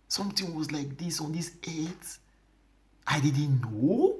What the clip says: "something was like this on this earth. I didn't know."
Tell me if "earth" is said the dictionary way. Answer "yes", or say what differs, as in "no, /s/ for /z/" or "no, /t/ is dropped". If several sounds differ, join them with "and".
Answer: no, /s/ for /θ/